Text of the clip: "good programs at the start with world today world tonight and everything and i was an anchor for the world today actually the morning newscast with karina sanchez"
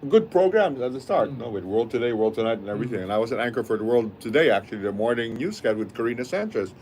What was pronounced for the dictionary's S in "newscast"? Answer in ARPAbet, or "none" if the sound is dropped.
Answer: none